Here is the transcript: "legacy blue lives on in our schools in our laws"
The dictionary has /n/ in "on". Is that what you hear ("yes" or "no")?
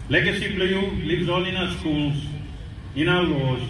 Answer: no